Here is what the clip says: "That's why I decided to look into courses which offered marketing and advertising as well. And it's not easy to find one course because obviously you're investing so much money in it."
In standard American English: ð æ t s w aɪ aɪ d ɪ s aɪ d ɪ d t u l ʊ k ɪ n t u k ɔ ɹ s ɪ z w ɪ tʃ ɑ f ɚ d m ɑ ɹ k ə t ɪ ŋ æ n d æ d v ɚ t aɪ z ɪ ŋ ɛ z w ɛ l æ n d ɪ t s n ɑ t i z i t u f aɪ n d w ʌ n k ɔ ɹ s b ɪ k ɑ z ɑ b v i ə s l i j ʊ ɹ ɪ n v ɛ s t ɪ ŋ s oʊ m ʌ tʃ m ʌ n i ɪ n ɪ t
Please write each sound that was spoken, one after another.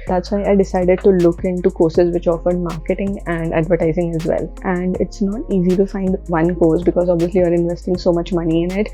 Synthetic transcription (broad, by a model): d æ t s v aɪ aɪ d ɪ s aɪ d ɪ d t u l ʊ k ɪ n t u k ɔ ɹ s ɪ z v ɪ tʃ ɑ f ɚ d m ɑ ɹ k ə t ɪ ŋ æ n d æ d v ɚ t aɪ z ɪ ŋ ɛ z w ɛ l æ n d ɪ t s n ɑ t i z i t u f aɪ n d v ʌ n k ɔ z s b ɪ k ɑ z ɑ b v i ə s l i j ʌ ɹ ɪ n v ɛ s t ɪ ŋ s oʊ m ʌ tʃ m ʌ n i ɪ n ɪ t